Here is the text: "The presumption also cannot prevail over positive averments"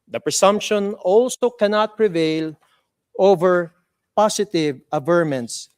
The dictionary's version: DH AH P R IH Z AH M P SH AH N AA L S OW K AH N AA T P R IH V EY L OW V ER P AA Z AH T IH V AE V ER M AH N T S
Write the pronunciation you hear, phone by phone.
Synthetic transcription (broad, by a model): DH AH P R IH S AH M P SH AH N AA L S OW K AH N AA T P R IH V EY L OW V ER P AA S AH T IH V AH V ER M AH N T S